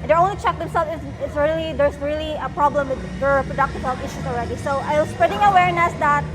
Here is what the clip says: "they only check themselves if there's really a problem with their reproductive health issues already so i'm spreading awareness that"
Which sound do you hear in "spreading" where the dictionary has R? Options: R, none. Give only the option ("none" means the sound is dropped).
R